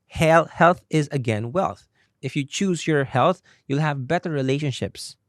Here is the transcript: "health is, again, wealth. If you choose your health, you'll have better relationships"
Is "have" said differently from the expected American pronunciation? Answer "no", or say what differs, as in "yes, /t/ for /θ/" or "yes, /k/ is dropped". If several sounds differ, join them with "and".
no